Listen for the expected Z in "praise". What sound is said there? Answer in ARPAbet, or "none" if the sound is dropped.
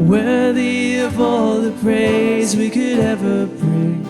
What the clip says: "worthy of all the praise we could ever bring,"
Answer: Z